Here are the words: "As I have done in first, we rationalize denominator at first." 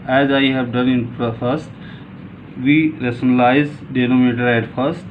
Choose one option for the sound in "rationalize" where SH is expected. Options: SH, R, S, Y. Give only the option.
S